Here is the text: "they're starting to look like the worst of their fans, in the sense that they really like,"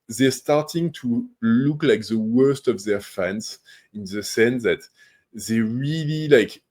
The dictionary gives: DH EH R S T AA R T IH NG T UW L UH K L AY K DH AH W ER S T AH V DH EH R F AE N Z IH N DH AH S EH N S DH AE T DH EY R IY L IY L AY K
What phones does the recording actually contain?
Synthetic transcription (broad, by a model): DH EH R S T AA R T IH NG T UW L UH K L AY K DH AH W ER S T AH V DH EH R F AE N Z IH N DH AH S EH N S DH AE T DH EY R IY L IY L AY K